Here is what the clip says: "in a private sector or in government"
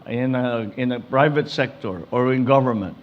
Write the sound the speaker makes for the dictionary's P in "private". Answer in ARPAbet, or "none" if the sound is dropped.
P